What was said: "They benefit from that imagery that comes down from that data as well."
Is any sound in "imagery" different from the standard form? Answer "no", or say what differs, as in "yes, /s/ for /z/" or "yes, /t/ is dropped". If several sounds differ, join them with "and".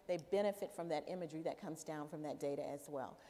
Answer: no